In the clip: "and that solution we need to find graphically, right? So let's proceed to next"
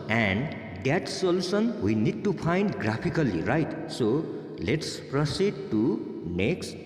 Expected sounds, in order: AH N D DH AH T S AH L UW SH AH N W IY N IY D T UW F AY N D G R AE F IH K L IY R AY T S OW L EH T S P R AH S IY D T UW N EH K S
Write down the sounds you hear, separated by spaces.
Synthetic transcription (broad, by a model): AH N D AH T S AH L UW S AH N W IY N IY D T UW P AY N D G R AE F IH K L IY R AY T S OW L EH T S P R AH S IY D T UW N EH K S